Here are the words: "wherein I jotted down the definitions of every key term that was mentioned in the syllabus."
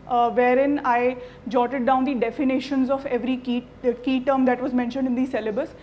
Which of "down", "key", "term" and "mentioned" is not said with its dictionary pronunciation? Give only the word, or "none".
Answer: none